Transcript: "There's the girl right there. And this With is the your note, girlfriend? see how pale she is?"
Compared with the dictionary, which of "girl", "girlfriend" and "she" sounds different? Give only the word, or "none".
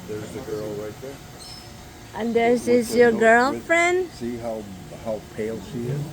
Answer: none